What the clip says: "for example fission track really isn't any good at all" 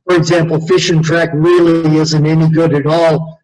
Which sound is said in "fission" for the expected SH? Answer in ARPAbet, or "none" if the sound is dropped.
SH